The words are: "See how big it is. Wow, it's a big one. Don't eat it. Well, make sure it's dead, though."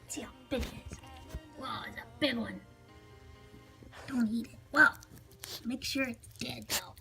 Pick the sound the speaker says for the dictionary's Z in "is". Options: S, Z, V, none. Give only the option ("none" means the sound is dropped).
S